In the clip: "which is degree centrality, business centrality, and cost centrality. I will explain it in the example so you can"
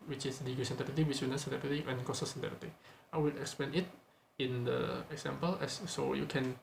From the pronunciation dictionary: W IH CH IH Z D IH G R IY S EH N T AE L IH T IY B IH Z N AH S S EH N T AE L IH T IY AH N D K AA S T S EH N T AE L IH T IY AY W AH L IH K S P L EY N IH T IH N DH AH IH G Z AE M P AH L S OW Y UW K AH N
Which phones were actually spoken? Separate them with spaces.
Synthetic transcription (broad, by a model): W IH CH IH S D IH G IY S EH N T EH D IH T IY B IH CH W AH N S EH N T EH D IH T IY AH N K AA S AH S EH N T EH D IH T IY AY W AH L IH K S P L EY N IH T IH N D AH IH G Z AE M P AH L S OW Y UW K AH N